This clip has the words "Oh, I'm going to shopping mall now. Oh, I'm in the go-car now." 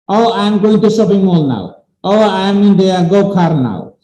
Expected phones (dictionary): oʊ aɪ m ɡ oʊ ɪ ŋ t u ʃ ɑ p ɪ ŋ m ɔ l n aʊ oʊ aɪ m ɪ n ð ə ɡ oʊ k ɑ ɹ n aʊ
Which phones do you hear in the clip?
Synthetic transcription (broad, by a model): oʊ aɪ m ɡ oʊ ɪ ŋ t u s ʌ b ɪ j m ɔ l n aʊ oʊ aɪ m ɪ n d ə ɡ oʊ k ɑ ɹ n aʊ